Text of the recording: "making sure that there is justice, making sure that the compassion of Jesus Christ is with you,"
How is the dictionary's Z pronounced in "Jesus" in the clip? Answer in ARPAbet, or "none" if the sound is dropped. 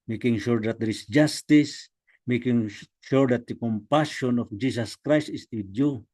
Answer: S